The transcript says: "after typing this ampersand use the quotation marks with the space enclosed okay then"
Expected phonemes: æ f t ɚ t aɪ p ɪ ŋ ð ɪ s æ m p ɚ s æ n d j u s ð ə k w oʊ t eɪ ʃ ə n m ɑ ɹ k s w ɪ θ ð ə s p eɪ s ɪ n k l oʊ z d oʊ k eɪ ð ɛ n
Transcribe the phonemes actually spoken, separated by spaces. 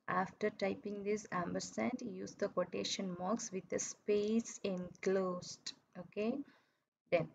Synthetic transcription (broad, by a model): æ f t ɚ t aɪ p ɪ ŋ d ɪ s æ m b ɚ s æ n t j u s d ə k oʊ t eɪ ʃ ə n m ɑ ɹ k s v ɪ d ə s p eɪ s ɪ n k l oʊ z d oʊ k eɪ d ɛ n